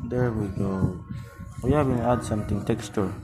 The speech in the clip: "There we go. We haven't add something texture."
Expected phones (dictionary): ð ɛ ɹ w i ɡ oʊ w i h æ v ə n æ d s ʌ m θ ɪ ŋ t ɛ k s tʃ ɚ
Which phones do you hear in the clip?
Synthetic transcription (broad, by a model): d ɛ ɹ w i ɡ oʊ w i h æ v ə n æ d s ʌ m t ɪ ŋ t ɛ k s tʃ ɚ